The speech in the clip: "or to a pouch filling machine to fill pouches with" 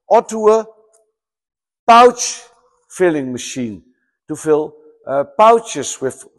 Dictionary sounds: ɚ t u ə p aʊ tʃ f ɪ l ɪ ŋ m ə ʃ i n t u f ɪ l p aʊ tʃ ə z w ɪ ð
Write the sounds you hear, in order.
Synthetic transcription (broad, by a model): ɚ t u ə p aʊ tʃ f ɪ l ɪ ŋ m ə ʃ i n t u f ɪ l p aʊ tʃ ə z w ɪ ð